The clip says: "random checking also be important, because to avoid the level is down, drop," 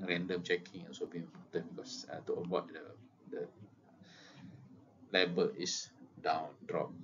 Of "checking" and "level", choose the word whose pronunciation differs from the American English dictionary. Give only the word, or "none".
level